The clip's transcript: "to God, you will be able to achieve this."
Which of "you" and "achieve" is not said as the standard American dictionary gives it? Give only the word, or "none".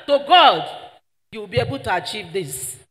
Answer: none